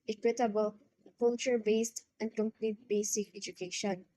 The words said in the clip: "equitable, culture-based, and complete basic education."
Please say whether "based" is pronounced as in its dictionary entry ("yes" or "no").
yes